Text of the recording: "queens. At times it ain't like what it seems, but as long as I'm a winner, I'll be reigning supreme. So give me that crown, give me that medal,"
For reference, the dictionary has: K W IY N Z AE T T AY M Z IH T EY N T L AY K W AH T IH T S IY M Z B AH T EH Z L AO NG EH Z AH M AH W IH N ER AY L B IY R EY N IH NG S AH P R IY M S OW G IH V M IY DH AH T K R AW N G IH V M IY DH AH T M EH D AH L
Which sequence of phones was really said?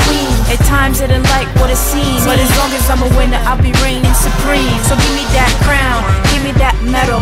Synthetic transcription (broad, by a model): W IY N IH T T AY M Z IH T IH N L AY K W AH T IH T S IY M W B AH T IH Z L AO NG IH S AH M AH W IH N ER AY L B IY R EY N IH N S AH P R IY M S OW G IH V M IY DH AH T K R AW N G IH V M IY DH AH T M EH D L